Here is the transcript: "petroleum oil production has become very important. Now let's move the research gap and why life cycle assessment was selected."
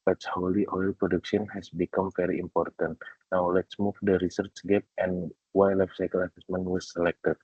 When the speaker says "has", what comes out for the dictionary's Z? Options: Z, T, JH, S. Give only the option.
S